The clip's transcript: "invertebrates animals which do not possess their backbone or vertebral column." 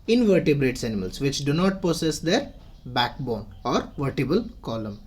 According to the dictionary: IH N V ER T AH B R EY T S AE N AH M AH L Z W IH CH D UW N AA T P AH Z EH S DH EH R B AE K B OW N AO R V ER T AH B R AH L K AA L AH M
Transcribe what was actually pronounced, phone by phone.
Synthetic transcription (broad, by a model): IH N V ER T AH B R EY T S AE N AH M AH L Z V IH CH D UW N AA T P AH S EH S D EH R B AE K B OW N AO R V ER T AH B AH L K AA L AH M